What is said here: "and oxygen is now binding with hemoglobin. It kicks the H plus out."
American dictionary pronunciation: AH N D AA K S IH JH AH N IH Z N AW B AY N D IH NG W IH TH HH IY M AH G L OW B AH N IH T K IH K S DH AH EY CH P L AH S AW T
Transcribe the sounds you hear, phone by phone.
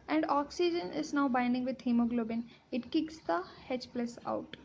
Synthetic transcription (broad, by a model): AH N D AA K S IH JH AH N IH Z N AW B AY N D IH NG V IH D HH IY M AH G L OW B AH N IH T K IH K S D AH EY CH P L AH S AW T